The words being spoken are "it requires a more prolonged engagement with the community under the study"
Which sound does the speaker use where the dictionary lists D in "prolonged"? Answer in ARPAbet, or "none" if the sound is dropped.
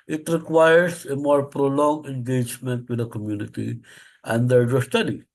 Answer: none